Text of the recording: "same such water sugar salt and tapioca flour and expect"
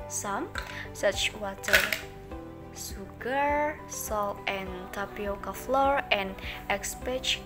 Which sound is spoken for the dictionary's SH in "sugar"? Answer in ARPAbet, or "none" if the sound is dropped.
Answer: S